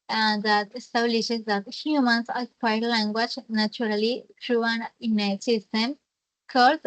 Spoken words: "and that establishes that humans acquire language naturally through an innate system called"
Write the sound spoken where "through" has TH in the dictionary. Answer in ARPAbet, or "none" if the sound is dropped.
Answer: T